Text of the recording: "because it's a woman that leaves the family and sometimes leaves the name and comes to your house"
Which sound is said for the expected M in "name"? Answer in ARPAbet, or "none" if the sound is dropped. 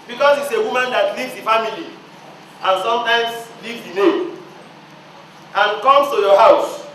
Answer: none